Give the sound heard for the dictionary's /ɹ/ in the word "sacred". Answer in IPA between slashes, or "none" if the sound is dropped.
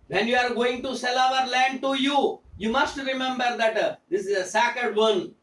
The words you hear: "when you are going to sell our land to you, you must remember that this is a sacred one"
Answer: none